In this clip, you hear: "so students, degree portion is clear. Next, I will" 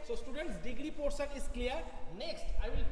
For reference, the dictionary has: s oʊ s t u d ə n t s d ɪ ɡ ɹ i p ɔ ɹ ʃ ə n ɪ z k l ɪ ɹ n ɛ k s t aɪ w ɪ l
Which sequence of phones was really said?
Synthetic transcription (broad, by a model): s oʊ s t u d ə n t s d ɪ ɡ ɹ i p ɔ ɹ s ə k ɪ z k l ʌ ɹ n ɛ k s t aɪ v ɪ l